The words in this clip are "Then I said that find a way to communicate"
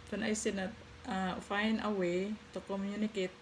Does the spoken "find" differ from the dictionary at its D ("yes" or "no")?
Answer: yes